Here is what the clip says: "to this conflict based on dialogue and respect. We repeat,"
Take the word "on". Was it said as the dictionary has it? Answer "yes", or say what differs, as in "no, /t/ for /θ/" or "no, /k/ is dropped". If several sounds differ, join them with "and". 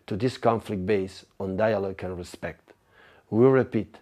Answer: yes